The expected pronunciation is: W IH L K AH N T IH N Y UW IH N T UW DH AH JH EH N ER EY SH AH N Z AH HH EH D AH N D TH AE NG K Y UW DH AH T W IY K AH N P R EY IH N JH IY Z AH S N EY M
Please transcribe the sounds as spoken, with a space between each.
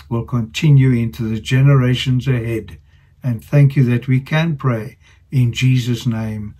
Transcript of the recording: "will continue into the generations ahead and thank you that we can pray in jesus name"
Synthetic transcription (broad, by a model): W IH L K AH N T IH N Y UW IH N T UW DH AH JH EH N ER EY SH AH N Z AH HH EH D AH N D TH AE NG K Y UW DH AH T W IY K AH N P R EY IH N JH IY Z AH S N EY M